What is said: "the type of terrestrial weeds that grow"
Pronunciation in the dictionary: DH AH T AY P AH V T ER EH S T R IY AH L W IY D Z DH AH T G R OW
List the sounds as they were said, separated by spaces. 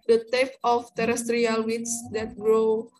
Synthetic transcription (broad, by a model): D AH T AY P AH F T ER EH S T R IY AH L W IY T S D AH T G R OW